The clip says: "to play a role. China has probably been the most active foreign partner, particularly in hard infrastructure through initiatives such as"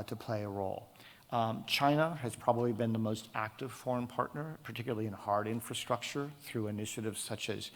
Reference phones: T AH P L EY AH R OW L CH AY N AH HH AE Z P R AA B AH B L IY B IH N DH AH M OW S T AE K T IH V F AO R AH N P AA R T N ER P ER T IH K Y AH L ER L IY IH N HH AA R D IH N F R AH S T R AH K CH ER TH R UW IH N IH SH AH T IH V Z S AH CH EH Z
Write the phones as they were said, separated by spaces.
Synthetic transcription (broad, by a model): T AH P L EY AH R OW L CH AY N AH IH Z P R AA B AH B L IY B IH N DH AH M OW S T AE K T IH V F AO R AH N P AA R T N ER P ER T IH K Y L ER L IY IH N HH AA R D IH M F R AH S T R AH K CH ER TH R UW IH N IH SH AH T IH V Z S AH CH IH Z